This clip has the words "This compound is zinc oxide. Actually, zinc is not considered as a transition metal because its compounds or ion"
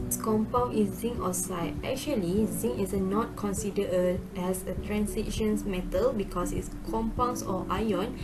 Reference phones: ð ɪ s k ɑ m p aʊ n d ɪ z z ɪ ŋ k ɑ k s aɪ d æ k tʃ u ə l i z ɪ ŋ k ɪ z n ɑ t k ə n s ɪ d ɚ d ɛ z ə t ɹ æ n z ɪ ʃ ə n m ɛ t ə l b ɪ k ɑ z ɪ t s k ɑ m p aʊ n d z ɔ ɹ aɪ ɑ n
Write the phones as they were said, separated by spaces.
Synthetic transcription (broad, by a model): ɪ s k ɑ m p aʊ n ɪ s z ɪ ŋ ɑ s aɪ ɛ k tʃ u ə l i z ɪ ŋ ɪ s n ɑ t k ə n s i d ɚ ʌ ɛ s ə t ɹ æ n s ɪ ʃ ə n m ɛ t ə l b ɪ k ɑ s ɪ t s k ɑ m p aʊ n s ɔ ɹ aɪ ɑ n